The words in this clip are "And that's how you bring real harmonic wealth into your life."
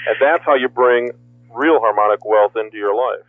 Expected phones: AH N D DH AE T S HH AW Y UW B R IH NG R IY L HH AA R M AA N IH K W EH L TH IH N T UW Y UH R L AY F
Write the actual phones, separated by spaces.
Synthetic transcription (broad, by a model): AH N DH AE T S HH AW Y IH B R IH NG R IY L HH AA R M AA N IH K W EH L TH IH N T UW Y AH R L AY F